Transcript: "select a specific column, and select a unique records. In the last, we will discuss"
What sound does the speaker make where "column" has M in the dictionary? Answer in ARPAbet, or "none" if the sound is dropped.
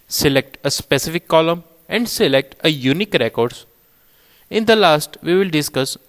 M